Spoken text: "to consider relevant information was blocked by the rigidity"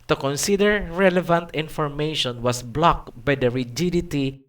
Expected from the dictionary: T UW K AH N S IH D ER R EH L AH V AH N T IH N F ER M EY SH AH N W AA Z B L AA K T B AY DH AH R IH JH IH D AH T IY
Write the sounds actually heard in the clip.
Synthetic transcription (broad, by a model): T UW K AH N S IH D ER R EH L AH V AH N T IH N F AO M EY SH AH N W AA S B L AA K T B AY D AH R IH JH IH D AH T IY